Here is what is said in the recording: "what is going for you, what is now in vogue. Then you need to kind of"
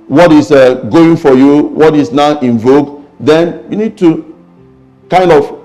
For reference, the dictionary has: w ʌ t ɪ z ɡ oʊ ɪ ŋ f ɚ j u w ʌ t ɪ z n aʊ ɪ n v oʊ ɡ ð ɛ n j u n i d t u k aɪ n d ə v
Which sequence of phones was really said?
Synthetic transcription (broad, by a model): w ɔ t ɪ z ɡ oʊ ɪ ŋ f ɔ j u w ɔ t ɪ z n aʊ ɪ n v oʊ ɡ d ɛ n j u n i d t u k aɪ n d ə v